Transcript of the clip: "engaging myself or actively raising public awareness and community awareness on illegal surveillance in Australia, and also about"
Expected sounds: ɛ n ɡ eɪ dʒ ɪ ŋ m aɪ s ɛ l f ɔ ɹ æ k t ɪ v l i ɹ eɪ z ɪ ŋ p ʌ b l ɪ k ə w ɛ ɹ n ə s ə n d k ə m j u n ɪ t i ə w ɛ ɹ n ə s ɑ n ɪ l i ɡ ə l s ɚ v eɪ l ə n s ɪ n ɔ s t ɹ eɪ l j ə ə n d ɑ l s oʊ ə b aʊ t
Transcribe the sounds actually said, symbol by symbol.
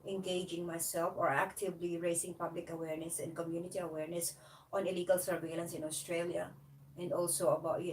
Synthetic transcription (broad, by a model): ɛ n ɡ eɪ dʒ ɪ ŋ m aɪ s ɛ l f ɔ ɹ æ k t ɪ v l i ɹ eɪ s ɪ ŋ p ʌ b l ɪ k ə w ɛ ɹ n ə s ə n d k ə m j u n ɪ t i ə w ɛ ɹ n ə s ɑ n ɪ l i ɡ ə l s ɚ v eɪ l ə n s ɪ n ɔ s t ɹ eɪ l j ə ə n d ɑ l s oʊ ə b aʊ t